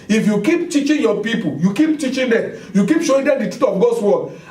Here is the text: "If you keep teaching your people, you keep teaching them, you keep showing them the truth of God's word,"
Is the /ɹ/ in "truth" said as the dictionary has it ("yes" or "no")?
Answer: no